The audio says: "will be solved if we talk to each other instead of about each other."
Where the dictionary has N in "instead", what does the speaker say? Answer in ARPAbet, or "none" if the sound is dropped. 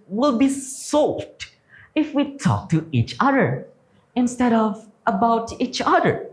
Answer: N